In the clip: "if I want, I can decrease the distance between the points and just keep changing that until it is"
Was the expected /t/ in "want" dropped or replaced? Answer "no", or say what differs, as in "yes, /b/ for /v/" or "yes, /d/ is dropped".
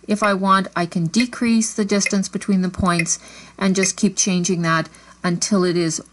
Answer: no